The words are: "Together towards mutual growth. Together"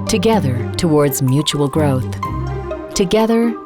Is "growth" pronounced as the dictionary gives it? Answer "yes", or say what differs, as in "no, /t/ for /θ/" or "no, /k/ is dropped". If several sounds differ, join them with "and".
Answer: yes